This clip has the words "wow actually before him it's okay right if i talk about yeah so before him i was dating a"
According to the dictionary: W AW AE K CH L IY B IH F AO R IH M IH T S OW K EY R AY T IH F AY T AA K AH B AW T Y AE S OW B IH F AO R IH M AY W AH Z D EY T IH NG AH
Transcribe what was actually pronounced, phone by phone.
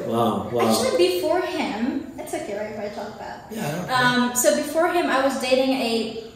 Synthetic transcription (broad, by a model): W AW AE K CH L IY B IH F AO R IH M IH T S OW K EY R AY IH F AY T AA K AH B AW T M S OW B IH F AO R IH M AY W AH Z D EY T IH NG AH